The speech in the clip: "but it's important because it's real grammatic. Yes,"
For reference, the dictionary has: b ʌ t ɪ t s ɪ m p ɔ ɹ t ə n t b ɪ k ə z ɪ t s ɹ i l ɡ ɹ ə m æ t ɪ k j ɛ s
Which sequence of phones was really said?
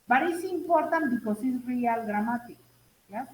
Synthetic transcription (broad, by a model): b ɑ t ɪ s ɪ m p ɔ ɹ t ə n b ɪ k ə s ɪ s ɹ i l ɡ ɹ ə m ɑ t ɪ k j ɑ